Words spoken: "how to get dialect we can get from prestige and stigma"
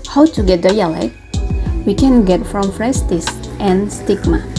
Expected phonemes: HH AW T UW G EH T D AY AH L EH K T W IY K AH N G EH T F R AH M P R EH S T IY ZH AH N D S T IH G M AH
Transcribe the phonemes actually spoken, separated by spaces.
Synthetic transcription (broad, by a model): HH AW T UW G EH T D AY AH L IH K W IY K AH N G EH T F R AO M F R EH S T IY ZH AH N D S T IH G M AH